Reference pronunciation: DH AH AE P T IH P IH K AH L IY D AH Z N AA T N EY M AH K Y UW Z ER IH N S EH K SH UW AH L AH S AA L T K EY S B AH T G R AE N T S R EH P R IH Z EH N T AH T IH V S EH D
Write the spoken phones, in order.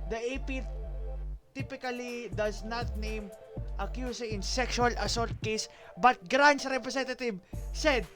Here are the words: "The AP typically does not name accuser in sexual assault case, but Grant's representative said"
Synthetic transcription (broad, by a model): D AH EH P T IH P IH K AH L IY D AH S N AA T N EY M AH K Y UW S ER IH N S EH K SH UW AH L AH S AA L T K EY S B AH T G R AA N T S R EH P R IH S EH N T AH T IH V S EH D